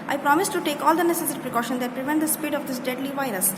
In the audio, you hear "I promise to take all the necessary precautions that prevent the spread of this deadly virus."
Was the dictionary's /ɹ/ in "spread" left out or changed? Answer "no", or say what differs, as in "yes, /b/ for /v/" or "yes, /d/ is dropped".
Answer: yes, /ɹ/ is dropped